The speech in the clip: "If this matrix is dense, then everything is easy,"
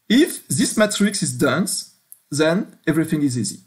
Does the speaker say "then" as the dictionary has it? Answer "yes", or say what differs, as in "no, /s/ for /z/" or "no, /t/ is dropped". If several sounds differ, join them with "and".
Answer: yes